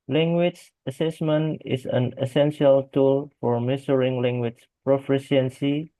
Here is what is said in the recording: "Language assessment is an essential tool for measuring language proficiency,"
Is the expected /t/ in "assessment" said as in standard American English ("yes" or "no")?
yes